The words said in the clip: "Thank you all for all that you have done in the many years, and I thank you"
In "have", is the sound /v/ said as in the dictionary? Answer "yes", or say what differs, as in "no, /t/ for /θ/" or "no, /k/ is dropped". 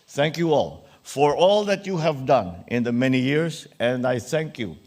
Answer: yes